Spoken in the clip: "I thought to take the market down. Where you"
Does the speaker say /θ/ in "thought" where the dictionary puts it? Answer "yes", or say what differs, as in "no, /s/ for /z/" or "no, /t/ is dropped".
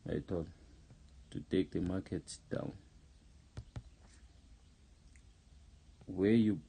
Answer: no, /t/ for /θ/